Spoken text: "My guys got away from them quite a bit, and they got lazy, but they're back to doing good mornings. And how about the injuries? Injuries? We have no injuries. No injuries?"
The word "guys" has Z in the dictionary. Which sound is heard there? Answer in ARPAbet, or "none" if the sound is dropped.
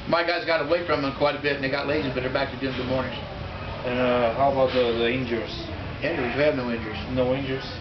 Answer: Z